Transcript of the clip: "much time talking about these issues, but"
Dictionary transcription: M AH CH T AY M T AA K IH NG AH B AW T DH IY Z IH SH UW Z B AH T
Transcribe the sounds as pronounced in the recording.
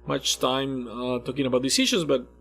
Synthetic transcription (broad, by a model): M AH CH T AY M T AA K IH NG AH B AW T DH IY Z IH SH UW Z B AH T